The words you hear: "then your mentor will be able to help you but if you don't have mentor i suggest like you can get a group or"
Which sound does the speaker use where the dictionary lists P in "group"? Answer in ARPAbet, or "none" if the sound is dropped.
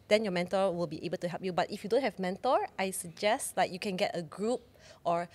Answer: P